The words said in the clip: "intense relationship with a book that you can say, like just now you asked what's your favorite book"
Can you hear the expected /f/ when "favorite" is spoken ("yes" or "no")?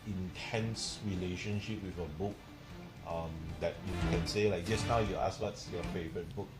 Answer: yes